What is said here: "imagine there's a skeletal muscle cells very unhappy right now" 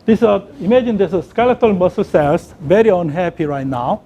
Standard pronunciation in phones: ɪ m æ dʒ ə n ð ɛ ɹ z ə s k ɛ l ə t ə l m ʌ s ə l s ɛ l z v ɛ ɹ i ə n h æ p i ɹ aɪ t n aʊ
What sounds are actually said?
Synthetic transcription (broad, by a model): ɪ m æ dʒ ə n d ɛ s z ə s k ɛ l ə t ə l m ʌ s ə l s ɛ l s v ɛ ɹ i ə n h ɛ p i ɹ aɪ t n aʊ